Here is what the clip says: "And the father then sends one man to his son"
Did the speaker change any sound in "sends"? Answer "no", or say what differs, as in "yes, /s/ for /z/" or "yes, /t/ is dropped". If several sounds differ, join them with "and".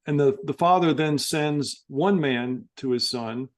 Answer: no